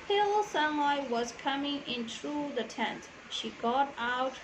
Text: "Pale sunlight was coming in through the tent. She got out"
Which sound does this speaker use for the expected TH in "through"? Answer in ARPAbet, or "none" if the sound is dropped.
T